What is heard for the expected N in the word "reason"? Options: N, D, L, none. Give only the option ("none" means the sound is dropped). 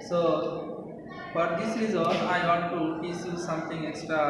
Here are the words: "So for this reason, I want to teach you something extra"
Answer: L